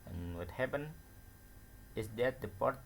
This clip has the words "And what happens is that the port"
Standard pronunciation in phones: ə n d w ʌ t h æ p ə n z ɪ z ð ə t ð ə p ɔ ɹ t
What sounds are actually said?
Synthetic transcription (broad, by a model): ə n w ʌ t h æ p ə n ɪ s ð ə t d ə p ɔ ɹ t